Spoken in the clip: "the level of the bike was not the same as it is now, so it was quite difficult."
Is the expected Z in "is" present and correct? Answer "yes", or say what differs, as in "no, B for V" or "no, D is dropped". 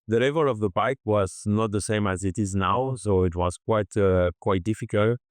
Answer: yes